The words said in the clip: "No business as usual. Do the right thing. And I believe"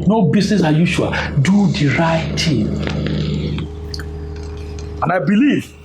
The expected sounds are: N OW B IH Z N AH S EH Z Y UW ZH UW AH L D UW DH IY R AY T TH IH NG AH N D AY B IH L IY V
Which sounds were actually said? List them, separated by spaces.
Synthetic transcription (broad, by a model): N OW B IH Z N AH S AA Y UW SH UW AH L D UW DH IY R AY T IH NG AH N AY B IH L IY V